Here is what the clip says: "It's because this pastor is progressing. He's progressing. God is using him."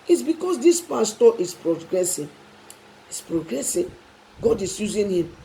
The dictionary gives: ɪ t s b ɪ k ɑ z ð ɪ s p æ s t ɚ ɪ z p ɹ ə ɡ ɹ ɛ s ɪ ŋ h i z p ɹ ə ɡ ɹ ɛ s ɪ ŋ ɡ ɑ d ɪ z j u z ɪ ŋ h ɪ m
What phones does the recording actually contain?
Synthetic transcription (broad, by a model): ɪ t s b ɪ k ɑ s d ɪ s p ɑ s t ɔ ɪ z p ɹ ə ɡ ɹ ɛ s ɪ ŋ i s p ɹ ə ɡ ɹ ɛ s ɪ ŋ ɡ ɑ d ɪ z j u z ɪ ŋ h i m